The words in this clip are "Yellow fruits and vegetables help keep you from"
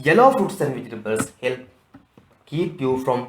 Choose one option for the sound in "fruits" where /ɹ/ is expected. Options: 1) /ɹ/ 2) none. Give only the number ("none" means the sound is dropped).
2